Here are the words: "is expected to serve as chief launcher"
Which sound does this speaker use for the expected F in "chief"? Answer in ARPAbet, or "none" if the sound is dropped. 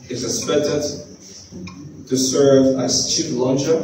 P